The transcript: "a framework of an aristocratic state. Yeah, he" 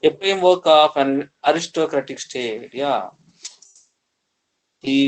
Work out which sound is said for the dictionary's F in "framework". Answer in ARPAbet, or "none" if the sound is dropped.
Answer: P